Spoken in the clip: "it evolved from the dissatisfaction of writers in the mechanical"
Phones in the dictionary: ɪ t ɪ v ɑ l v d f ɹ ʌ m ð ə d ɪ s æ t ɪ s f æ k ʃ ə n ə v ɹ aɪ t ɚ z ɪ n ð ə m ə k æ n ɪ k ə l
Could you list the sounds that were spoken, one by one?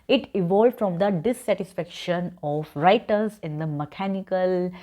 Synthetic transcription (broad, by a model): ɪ t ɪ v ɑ l d f ɹ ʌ m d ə d ɪ s æ t ɪ s f æ k ʃ ə n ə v ɹ aɪ t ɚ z ɪ n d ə m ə k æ n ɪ k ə l